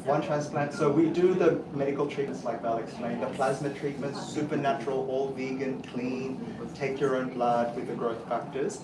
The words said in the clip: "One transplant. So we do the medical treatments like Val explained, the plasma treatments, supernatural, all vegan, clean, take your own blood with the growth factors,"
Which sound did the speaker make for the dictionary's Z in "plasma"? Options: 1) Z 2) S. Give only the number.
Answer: 1